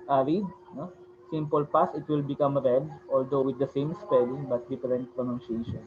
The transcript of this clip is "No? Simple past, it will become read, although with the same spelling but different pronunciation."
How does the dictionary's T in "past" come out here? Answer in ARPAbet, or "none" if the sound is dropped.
none